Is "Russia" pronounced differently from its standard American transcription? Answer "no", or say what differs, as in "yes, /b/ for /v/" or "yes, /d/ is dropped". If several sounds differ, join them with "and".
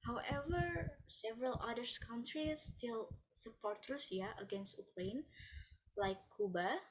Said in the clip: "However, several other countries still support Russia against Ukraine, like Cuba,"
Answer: yes, /s/ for /ʃ/